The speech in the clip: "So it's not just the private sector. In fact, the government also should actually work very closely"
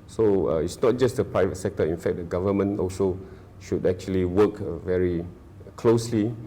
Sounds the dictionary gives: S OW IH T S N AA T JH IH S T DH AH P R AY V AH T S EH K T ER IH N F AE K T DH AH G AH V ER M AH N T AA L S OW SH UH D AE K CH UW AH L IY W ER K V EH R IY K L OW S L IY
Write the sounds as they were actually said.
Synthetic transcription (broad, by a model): S OW IH T S N AA T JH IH S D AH P R AY V AH T S EH K T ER IH N F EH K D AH G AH V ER M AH N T AA L S OW SH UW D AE K CH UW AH L IY W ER K V EH R IY K L OW S L IY